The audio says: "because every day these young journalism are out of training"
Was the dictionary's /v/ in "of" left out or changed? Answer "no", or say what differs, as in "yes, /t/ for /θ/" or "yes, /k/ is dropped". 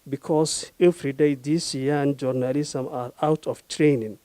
yes, /f/ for /v/